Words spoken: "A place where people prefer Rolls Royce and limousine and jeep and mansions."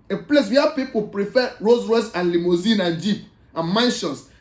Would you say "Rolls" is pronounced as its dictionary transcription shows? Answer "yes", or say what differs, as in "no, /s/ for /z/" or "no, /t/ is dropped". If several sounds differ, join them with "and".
no, /l/ is dropped